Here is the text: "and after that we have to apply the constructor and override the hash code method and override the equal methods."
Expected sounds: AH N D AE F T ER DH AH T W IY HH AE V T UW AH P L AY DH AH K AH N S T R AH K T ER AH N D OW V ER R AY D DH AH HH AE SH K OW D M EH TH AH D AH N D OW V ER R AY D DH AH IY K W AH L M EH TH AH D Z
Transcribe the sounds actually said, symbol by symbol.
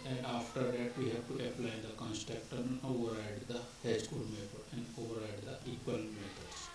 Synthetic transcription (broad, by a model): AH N D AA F T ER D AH T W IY HH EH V T UW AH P L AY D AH K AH N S T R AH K T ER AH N OW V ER R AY D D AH HH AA S K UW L M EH T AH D AH N D OW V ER R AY D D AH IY K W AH L M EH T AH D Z